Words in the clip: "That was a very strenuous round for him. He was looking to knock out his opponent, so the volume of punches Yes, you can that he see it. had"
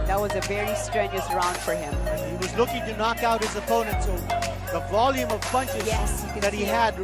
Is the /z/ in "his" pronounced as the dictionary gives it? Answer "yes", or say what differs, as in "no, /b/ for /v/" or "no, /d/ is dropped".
yes